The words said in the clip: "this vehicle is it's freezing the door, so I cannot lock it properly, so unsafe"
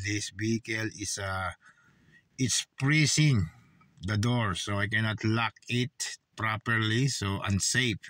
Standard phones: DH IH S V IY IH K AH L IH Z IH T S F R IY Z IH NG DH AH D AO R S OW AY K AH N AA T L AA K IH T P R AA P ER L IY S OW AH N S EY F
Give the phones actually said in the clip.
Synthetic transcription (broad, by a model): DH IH S B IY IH K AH L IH S IH T S P R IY S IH NG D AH D AO R S OW AY K AH N AA T L AA K IH T P R AA P ER L IY S OW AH N S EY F